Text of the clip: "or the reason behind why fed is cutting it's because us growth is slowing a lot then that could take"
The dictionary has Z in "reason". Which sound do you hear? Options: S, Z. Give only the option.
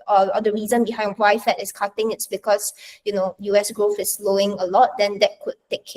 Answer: Z